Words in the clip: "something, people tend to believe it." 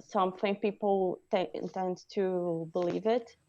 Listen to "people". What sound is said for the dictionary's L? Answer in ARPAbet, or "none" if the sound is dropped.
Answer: N